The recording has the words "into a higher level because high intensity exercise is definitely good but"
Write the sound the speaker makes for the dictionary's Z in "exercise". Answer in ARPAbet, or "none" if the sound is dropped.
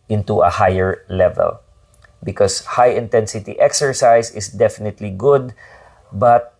S